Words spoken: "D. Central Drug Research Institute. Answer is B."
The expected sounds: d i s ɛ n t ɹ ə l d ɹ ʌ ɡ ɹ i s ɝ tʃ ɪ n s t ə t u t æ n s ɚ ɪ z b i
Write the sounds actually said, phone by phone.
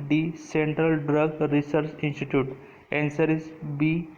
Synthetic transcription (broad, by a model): d i s ɛ n t ɹ ə l d ɹ ʌ ɡ ɹ i s ɝ tʃ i n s t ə t u t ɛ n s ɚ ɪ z b i